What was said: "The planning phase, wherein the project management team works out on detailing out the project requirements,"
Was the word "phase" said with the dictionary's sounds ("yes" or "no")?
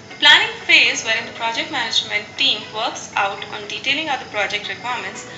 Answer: yes